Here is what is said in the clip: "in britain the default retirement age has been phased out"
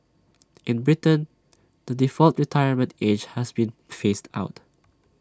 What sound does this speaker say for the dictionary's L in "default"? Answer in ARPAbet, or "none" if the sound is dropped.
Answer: L